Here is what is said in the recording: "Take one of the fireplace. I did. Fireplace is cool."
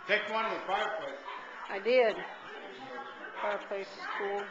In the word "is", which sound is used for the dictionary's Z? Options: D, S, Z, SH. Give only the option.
S